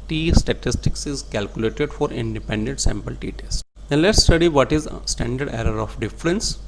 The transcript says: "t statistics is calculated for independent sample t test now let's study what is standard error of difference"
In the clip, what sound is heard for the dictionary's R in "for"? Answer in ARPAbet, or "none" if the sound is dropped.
R